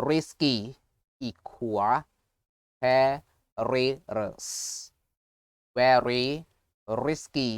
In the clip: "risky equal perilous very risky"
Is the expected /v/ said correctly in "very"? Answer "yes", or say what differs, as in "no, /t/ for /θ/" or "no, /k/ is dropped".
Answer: no, /w/ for /v/